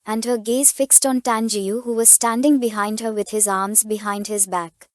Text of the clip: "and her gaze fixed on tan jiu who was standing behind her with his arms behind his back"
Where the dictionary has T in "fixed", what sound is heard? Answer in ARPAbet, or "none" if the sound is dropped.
T